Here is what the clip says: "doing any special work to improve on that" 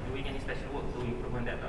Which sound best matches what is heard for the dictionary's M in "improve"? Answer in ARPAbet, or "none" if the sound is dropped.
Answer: none